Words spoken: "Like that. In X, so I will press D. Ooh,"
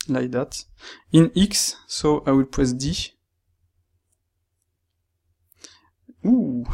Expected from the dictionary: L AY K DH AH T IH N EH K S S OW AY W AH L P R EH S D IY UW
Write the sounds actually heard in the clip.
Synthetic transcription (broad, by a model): L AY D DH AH T IH N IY K S S OW AY W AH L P EH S D IY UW